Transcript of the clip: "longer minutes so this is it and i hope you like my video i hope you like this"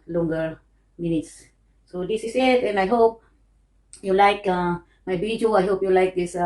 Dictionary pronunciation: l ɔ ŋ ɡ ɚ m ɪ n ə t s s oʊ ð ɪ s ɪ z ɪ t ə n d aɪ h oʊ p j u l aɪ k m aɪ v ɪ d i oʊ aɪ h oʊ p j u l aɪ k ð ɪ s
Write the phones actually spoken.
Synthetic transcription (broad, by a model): l ɔ ŋ ɡ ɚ m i n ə t s s oʊ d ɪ s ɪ s ɪ t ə n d aɪ h oʊ p j u l aɪ k m aɪ b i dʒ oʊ aɪ h oʊ p j u l aɪ k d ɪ s